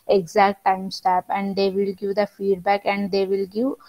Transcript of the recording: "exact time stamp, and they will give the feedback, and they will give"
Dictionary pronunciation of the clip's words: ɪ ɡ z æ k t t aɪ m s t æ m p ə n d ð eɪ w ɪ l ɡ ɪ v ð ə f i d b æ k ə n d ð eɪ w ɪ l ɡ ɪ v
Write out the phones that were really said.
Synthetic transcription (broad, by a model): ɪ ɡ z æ k t t aɪ m s t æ p ə n d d eɪ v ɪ l ɡ ɪ v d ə f i d b æ k ə n d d eɪ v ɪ l ɡ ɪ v